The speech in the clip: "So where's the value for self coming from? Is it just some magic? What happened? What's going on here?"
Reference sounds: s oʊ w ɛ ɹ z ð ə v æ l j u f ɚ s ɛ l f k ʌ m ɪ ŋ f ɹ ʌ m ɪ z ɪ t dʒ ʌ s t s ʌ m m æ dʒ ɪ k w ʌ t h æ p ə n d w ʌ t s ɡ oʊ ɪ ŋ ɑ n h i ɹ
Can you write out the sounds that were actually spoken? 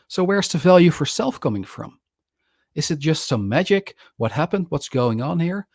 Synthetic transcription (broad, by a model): s oʊ w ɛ ɹ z ð ə v æ l j u f ɚ s ɛ l f k ʌ m ɪ ŋ f ɹ ʌ m ɪ z ɪ t dʒ ʌ s t s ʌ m m æ dʒ ɪ k w ʌ t h æ p ə n d w ʌ t s ɡ oʊ ɪ ŋ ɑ n h i ɹ